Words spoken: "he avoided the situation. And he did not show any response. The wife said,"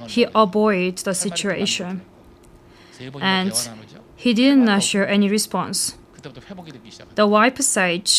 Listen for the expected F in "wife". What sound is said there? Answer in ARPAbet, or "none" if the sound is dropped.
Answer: P